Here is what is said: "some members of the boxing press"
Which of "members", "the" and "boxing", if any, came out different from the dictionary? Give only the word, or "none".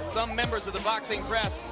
none